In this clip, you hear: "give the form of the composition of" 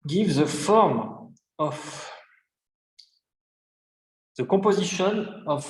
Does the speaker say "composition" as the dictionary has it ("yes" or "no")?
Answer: no